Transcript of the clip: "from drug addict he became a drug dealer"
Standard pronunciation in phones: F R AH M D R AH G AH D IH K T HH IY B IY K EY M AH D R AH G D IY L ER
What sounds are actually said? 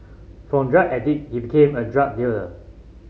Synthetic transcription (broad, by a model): F R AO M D R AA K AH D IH T HH IY B IY K EY M AH D R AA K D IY L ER